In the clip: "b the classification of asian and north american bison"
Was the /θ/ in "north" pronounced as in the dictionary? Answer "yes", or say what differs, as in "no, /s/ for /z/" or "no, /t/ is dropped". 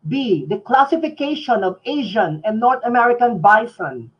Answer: no, /t/ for /θ/